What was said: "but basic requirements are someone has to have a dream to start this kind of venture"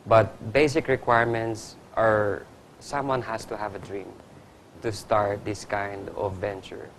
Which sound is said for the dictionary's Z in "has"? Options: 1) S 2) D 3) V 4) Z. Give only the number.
1